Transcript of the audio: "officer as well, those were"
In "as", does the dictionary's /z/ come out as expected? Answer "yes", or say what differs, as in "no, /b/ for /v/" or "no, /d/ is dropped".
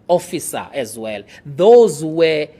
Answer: yes